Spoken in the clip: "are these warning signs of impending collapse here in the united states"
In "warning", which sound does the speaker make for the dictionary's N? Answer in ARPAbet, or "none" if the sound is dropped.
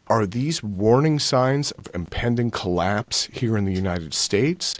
N